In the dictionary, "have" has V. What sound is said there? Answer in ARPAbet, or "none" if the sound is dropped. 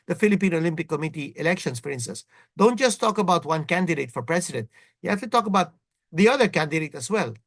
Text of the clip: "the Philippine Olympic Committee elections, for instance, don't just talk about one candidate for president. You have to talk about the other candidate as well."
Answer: F